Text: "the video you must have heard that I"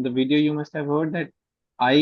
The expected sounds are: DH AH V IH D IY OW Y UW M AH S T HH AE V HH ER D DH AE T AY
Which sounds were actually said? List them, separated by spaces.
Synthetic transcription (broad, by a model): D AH V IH D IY OW Y UW M AH S T HH AE V HH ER D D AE T AY